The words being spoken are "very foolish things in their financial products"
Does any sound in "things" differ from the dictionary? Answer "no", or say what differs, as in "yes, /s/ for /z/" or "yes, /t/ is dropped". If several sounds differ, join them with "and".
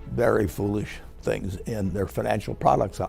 no